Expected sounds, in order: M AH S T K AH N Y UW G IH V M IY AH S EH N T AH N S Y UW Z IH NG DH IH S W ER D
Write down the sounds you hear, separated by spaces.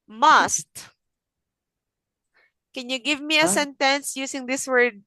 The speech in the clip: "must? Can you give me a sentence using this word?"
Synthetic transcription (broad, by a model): M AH S T K AH N Y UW G IH V M IY AH S EH N T AH N S Y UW S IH NG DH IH S W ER D